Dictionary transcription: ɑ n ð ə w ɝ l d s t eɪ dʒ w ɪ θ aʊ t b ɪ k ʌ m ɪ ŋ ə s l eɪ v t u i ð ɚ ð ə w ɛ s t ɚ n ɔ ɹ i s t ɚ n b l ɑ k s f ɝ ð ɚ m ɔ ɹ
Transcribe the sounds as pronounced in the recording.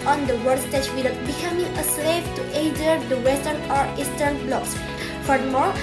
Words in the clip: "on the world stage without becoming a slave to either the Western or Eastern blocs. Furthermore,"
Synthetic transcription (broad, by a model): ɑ n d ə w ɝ d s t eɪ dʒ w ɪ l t b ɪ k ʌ m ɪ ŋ ə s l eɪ p t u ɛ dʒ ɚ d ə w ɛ s t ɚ n ɔ ɹ i s t ɚ n b l ɑ k s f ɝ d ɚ m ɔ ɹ